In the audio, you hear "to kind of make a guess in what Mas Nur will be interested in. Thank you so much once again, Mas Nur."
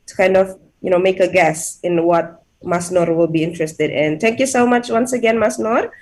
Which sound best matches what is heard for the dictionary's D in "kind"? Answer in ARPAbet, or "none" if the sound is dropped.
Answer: D